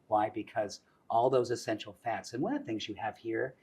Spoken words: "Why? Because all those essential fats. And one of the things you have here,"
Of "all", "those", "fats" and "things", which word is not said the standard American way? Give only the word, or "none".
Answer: none